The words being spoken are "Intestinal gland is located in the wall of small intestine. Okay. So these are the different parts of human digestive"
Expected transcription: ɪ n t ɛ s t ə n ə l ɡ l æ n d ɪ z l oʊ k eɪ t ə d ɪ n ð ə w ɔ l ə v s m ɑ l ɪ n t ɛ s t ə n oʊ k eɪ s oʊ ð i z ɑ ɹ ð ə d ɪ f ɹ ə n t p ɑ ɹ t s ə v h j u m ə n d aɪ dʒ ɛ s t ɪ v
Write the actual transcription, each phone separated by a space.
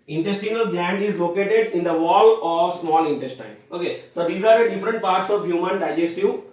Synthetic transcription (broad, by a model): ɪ n t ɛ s t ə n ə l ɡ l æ n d ɪ z l oʊ k eɪ t ə d ɪ n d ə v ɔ l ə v s m ɑ l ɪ n t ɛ s t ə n oʊ k eɪ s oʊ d i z ɑ ɹ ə d ɪ f ɹ ə n t p ɑ ɹ t s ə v h j u m ə n d aɪ dʒ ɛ s t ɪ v